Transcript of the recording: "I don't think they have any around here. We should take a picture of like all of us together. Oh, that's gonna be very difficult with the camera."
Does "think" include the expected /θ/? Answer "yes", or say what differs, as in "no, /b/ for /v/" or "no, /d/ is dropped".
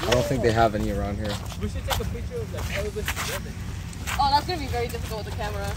yes